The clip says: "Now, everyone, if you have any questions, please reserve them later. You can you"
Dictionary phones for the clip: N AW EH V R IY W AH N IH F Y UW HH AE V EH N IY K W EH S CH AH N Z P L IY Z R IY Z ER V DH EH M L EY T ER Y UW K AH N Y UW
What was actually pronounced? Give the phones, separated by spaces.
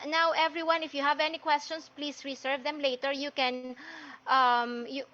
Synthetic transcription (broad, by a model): N AW EH V R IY W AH N IH F Y UW HH AE V EH N IY K W EH S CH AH N S P L IY S R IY S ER V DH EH M L EY T ER Y UW K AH N Y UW